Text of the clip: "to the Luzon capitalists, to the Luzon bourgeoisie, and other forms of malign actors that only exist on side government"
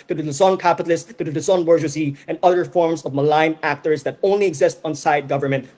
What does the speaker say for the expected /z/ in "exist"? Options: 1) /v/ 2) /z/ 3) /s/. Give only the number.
2